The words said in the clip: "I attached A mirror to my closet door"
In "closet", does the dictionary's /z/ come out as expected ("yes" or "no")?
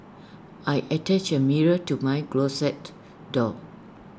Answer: no